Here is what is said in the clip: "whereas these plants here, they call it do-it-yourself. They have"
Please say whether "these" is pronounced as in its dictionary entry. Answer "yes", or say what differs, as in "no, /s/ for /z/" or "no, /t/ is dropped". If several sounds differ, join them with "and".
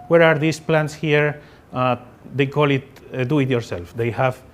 no, /s/ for /z/